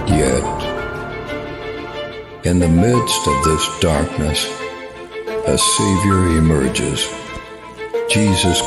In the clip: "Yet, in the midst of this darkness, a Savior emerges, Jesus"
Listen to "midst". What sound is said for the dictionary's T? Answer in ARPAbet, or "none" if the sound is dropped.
T